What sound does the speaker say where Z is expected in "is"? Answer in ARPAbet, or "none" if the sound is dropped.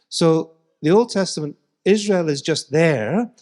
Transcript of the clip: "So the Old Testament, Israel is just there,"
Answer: Z